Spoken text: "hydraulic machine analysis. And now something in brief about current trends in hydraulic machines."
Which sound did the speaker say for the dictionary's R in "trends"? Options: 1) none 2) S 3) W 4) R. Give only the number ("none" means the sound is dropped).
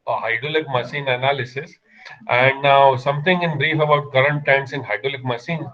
1